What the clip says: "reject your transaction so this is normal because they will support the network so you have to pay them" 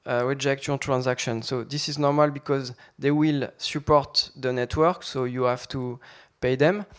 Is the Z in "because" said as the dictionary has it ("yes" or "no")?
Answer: yes